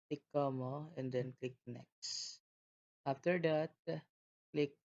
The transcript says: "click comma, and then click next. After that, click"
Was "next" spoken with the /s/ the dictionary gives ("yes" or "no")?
yes